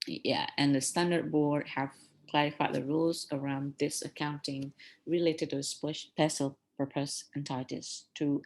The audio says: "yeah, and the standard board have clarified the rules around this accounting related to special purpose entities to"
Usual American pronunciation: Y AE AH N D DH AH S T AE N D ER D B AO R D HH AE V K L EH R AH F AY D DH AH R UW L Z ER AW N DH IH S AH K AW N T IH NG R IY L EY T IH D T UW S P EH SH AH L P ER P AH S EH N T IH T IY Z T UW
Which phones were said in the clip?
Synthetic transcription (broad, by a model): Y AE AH N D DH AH S T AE N D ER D B AO R D HH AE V K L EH R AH F AY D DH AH R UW L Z ER AW N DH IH S AH K AW N T IH NG R IY L EY T IH D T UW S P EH S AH L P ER P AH S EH N T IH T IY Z T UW